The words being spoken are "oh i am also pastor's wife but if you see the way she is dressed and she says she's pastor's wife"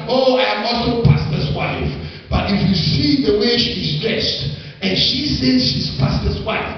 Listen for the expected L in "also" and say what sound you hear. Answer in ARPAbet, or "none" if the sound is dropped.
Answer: none